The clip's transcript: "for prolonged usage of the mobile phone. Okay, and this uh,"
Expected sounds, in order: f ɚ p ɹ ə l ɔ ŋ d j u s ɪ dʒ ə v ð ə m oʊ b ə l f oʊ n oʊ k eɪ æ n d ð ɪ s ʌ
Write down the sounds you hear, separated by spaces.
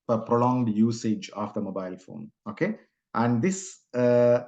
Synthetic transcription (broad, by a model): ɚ p ɹ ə l ɔ ŋ d j u s ɪ dʒ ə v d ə m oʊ b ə l f oʊ n oʊ k eɪ æ n d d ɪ s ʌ